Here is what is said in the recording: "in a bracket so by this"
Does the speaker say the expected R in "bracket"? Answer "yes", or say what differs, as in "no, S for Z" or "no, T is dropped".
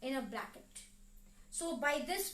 no, L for R